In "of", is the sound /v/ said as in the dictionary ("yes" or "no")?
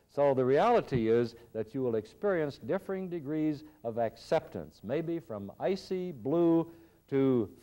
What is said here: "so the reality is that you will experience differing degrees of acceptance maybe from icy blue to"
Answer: yes